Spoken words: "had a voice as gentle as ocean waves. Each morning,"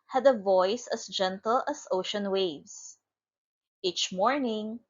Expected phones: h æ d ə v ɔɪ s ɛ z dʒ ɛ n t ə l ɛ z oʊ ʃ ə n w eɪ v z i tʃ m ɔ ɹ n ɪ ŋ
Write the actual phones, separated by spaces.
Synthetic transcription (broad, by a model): h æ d ə v ɔɪ s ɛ s dʒ ɛ n t ə l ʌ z oʊ ʃ ə n w eɪ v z i tʃ m ɔ ɹ n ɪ ŋ